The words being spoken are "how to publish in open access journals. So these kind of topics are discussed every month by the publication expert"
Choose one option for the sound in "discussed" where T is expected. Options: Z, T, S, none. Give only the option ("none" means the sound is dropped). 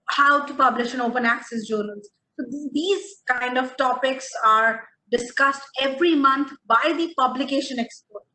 T